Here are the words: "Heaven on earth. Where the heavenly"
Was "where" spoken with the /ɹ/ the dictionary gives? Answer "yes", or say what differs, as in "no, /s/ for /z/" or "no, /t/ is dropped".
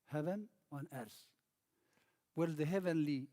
no, /l/ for /ɹ/